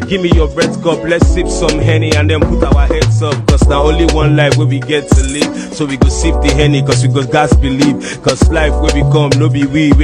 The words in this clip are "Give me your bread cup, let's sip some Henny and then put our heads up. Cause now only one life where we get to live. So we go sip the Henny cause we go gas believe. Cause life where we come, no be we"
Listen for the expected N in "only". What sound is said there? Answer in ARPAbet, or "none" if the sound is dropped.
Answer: N